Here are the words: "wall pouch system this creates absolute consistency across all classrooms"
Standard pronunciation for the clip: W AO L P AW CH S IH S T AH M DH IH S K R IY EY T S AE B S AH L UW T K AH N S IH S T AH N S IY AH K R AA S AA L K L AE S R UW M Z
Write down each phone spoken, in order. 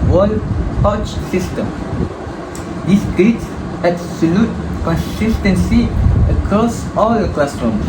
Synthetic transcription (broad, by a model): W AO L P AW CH S IH S T AH M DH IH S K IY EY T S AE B S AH L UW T K AH N S IH S T AH N S IY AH K AA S AA L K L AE S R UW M